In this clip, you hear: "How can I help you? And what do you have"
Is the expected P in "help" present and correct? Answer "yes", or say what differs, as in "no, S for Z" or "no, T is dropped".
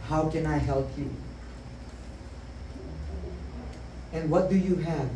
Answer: yes